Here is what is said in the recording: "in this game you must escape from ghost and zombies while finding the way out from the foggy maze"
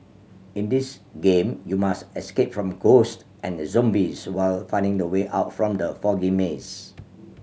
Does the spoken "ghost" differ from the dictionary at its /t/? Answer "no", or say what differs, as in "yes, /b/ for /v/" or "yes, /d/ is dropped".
no